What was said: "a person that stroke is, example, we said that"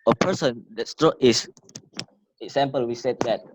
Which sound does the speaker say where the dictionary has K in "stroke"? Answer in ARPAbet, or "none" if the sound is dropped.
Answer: none